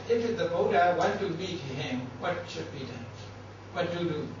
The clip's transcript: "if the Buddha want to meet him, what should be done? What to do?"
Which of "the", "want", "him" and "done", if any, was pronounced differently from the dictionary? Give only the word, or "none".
want